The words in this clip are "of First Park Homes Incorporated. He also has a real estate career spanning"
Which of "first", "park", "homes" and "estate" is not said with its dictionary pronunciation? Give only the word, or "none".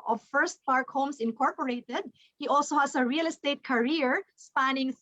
homes